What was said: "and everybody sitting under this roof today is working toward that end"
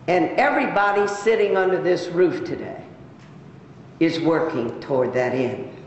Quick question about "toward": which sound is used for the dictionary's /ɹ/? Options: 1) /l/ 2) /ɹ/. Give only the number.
2